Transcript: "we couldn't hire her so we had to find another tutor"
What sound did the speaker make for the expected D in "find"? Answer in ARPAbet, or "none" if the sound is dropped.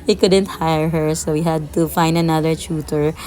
D